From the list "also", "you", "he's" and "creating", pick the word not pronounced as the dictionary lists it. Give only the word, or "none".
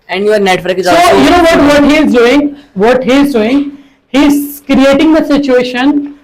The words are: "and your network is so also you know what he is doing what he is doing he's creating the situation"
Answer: also